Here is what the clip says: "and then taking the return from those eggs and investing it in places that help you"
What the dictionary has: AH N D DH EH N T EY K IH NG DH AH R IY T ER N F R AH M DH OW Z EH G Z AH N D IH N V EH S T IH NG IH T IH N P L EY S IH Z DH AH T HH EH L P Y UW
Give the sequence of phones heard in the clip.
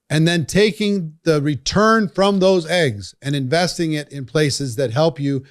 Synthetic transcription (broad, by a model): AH N DH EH N T EY K IH NG DH AH R IY T ER N F R AH M DH OW Z EH G Z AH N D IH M V EH S T IH NG IH T IH N P L EY S IH Z DH AH T HH EH L P Y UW